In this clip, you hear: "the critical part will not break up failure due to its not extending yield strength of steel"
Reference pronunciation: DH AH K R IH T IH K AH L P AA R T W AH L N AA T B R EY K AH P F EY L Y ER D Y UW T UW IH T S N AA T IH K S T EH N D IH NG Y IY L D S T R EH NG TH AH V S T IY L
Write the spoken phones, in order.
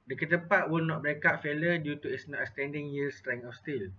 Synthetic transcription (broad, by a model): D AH K IH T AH P AA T W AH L N AA T B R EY K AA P F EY L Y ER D Y UW T UW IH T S N AA T S T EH N D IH NG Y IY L S T R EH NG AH F S T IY L